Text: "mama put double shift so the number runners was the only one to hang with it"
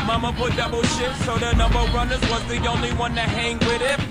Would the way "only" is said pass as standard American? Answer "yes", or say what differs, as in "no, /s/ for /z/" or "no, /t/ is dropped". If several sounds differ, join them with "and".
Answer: yes